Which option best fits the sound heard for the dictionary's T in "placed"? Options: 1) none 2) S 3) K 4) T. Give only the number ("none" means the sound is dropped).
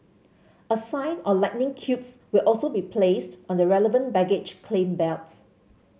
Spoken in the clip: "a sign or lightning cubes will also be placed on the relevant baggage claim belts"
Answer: 4